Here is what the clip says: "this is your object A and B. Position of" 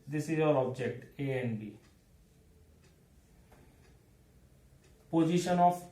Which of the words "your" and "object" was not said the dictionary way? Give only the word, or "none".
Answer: your